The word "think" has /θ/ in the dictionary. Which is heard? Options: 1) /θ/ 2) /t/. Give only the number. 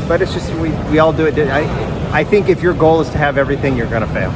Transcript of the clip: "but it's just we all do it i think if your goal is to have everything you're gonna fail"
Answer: 1